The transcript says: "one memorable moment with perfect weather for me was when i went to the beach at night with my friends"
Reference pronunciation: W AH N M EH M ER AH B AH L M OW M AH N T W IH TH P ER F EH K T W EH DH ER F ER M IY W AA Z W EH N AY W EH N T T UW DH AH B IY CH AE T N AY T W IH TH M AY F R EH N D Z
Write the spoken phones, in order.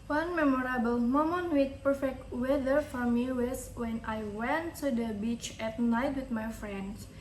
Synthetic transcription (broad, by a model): W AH N M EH M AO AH B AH L M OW M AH N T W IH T P ER F EH K T W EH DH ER F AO M IY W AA S W EH N AY W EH N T T UW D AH B IY CH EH T N AY T W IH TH M AY F R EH N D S